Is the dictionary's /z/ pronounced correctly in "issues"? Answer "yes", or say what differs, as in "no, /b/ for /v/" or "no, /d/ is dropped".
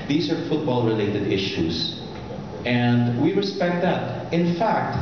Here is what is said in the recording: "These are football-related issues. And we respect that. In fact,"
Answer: no, /s/ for /z/